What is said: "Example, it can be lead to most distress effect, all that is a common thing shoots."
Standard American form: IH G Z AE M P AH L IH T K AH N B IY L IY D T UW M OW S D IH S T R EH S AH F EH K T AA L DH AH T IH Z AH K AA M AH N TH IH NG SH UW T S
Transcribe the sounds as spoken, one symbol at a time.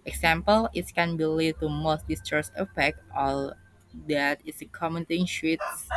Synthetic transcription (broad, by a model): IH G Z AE M P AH L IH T K AH N B IY L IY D T UW M OW S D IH S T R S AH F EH K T AA L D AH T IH S AH K AA M AH N T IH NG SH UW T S